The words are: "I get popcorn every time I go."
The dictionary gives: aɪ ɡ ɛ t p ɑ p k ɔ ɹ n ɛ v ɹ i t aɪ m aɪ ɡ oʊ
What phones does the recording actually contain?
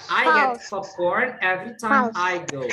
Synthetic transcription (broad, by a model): aɪ ɡ ɛ t f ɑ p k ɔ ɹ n ɛ v ɹ i t aɪ m aɪ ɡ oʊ